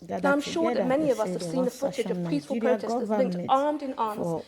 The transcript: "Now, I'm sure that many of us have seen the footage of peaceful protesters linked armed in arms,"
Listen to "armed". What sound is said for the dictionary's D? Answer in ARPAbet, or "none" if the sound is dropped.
D